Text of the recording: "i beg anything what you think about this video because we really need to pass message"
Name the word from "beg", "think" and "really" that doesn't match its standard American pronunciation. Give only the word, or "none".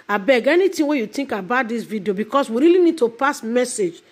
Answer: think